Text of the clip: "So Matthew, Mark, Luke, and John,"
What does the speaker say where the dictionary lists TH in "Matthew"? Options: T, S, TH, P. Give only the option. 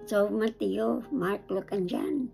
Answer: T